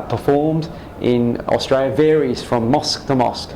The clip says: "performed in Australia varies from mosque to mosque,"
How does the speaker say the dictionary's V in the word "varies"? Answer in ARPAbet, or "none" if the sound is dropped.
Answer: V